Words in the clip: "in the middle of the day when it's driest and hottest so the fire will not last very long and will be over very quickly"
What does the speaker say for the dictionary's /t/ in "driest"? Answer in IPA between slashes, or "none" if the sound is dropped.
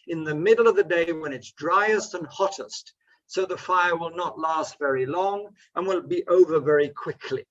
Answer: /t/